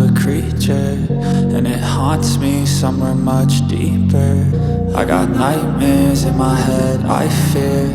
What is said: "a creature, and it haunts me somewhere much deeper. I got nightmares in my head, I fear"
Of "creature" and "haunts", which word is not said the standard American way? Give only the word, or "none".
none